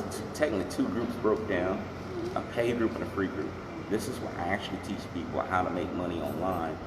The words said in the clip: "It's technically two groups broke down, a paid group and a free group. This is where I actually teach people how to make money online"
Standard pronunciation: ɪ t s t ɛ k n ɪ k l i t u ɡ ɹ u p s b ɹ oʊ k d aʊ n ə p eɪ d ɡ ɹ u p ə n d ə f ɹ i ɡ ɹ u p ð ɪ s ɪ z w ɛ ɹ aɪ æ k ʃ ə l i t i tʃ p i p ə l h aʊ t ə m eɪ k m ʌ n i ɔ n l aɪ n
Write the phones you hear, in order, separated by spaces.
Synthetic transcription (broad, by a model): t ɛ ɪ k ɪ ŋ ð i t u ɡ ɹ u p s b ɹ oʊ k d aʊ n ə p eɪ ɡ ɹ u p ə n ə f ɹ i ɡ ɹ u p ð ɪ s ɪ z w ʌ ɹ aɪ æ k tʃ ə l i t i tʃ p i p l h aʊ t ə m eɪ k m ʌ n i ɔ n l aɪ n